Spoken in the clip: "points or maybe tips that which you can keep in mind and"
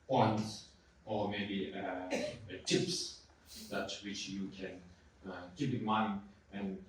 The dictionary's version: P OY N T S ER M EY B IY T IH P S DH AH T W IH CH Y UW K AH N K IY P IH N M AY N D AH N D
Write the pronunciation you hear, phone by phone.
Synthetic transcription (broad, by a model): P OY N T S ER M EY B IY T IH P S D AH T W IH CH Y UW K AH N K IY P IH N M AY N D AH N